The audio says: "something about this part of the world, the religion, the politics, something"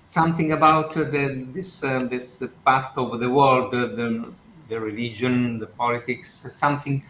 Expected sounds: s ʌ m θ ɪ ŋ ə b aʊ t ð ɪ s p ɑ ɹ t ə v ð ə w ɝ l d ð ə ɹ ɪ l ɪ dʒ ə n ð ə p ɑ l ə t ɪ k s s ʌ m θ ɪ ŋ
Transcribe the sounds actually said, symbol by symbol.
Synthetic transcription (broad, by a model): s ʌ m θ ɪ ŋ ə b aʊ t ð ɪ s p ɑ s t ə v ð ə w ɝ l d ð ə ɹ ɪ l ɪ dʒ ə n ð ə p ɑ l ə t ɪ k s s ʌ m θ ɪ ŋ